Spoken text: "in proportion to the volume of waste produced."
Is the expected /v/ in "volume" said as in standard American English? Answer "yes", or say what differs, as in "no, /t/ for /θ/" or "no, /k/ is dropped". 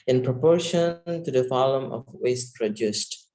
no, /f/ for /v/